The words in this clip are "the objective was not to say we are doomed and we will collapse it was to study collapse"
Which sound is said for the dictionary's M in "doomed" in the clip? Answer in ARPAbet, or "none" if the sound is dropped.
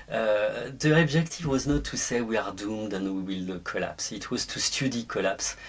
M